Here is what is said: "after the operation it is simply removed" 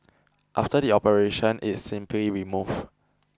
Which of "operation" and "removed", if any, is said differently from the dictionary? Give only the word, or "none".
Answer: removed